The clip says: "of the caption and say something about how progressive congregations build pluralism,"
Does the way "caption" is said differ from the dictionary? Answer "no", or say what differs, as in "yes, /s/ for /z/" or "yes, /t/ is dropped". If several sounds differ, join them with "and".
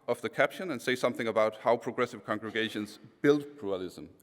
no